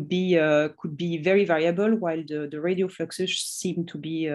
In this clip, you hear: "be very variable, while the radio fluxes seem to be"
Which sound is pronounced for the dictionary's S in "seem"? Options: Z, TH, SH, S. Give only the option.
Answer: S